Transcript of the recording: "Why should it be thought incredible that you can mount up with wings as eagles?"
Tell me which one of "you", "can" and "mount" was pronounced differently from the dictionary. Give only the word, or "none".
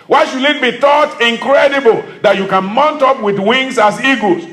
none